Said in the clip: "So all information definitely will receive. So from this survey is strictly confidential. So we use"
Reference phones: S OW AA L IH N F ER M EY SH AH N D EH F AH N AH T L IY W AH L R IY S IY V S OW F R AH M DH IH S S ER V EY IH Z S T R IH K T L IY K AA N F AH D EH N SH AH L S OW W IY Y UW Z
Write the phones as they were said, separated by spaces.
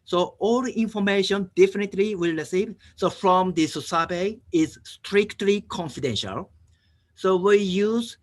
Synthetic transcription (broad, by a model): S OW AA L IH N F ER M EY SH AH N D EH F AH N AH T L IY W AH L R IY S IY V S OW F R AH M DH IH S S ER B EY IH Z S T R IH K T L IY K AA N F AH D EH N SH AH L S OW W IY Y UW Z